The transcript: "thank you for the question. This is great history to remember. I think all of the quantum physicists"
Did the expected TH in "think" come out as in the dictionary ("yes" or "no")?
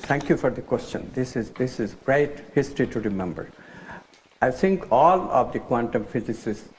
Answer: no